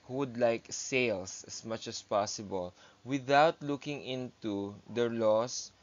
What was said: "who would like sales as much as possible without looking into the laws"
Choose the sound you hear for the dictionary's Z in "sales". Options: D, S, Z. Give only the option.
S